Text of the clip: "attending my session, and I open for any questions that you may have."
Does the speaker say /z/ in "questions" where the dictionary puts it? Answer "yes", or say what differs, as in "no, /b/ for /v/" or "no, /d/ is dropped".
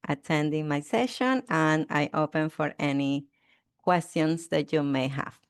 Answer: no, /s/ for /z/